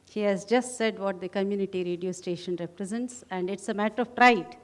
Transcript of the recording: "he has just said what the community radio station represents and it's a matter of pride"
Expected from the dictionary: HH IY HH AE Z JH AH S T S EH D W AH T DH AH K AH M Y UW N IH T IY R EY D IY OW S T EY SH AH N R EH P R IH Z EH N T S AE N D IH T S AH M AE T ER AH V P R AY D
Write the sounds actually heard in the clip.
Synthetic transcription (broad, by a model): HH IY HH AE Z JH AH S T S EH D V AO T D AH K AH M Y UW N IH T IY R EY D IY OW S T EY SH AH N R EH P R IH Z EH N T S AE N D IH T S AH M AE T ER AH V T R AY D